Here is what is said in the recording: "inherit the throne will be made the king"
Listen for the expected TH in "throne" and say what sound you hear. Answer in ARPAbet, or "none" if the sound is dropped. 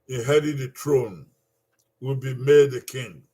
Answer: T